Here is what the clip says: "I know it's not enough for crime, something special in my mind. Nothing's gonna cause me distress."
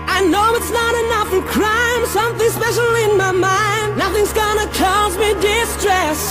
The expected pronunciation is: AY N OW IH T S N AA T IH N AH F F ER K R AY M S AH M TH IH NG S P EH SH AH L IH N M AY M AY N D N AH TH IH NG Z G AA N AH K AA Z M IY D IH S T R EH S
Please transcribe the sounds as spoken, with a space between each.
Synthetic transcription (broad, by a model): AY N OW IH T S N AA T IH N AH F F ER K R AY M S AH M TH IH NG S P EH SH L IH N M AY M AY N D N AH TH IH NG Z G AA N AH K AA Z M IY D IH S T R EH S